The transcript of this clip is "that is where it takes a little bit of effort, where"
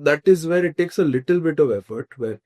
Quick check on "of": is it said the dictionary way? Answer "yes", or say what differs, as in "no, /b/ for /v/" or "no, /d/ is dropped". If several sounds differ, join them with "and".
yes